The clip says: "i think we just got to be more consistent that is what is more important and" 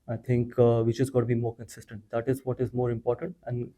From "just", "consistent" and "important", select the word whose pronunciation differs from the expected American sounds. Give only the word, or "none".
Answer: just